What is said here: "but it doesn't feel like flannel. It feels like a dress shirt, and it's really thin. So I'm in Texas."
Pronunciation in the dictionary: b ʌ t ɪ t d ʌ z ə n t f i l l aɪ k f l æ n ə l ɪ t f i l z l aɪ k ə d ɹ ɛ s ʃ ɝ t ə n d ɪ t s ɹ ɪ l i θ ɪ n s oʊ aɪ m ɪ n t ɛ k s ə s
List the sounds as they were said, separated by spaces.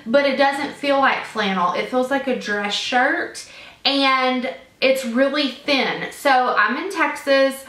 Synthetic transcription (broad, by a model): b ʌ t ɪ t d ʌ z ə n t f i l l aɪ k f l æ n l ɪ t f i l z l aɪ k ə d ɹ ɛ s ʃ ɝ t ə n d ɪ t s ɹ ɪ l i θ ɪ n s oʊ aɪ m ɪ n t ɛ k s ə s